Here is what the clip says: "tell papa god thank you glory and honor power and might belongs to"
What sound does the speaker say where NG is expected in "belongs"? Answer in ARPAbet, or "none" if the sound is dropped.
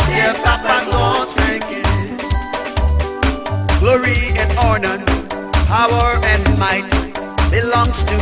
NG